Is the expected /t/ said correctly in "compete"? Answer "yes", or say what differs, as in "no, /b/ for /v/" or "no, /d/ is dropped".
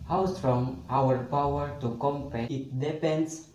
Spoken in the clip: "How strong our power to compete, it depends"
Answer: no, /t/ is dropped